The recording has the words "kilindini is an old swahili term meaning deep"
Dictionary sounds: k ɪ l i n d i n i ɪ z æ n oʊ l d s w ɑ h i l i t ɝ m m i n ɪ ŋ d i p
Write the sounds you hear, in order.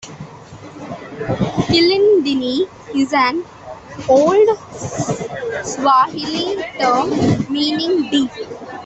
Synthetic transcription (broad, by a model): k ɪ l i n d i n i ɪ z æ n oʊ l d s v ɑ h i l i t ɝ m m i n ɪ ŋ d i